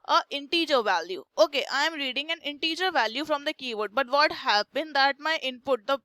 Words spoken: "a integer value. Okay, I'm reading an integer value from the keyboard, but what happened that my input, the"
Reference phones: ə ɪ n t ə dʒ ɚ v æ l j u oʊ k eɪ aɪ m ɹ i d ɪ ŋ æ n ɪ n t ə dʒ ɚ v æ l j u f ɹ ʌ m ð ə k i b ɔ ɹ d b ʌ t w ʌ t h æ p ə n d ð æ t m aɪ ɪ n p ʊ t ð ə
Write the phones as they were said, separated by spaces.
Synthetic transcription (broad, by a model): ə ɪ n t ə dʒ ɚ v æ l j u oʊ k eɪ aɪ m ɹ i d ɪ ŋ æ n ɪ n t ə dʒ ɚ v æ l j u f ɹ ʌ m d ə k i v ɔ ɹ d b ʌ t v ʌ t h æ b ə n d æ t m aɪ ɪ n p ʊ t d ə